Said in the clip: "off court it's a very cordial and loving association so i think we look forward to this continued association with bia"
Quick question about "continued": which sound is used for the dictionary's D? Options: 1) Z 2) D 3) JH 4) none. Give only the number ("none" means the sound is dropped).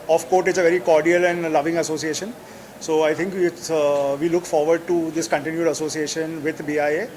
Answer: 2